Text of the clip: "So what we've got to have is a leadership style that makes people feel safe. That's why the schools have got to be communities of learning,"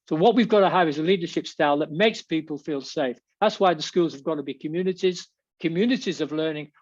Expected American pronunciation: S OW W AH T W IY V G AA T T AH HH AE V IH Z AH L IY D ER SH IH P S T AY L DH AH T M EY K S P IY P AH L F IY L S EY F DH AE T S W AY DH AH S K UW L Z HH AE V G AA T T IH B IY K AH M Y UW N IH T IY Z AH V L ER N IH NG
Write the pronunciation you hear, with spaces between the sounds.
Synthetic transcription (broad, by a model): S OW W AH T W IY V G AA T T AH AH V IH Z AH L IY D ER SH IH P S T AY L DH AH T M EY K S P IY P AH L F IY L S EY F DH AE T S W AY DH AH S K UW L Z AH V G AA T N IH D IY K AH M Y UW N IH T IY Z AH V L ER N IH NG